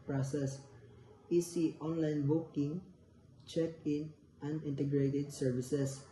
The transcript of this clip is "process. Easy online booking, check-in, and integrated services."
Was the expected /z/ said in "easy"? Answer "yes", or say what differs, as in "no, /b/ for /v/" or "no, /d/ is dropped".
no, /s/ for /z/